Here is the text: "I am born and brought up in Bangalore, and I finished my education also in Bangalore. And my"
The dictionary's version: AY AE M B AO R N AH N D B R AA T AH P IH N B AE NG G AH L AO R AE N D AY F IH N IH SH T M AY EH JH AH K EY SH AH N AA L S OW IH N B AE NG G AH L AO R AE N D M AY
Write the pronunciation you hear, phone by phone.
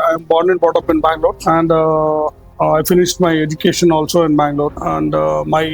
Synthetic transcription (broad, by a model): AY M B AO R N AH N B AA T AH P IH N B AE NG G L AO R AE N D AY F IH N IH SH T M AY EH JH AH K EY SH AH N AA L S OW IH N B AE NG G L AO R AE N D M AY